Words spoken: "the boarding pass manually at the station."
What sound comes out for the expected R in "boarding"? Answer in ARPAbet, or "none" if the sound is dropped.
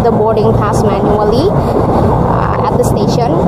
R